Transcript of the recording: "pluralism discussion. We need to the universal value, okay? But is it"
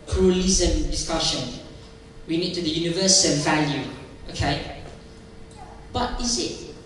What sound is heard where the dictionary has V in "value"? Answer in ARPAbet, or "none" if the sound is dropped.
V